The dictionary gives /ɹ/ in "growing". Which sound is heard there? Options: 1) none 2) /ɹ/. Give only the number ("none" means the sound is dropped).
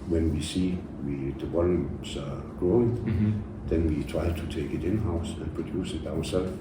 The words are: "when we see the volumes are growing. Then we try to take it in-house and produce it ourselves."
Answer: 2